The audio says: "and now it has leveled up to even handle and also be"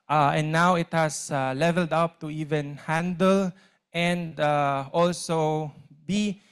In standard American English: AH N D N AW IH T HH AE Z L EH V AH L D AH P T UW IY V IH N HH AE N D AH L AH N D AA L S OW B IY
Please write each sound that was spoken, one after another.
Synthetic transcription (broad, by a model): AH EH N AW IH T HH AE S L EH V AH L D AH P T UW IY V IH N HH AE N D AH L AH N D AA L S OW B IY